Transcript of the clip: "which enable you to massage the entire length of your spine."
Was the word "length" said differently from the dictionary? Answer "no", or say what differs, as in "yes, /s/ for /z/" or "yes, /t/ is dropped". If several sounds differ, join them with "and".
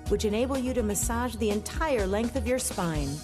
no